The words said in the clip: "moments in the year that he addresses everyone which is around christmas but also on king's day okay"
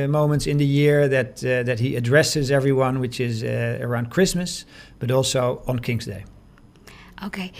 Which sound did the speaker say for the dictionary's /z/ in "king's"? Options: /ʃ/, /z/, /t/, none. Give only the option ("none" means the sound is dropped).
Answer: /z/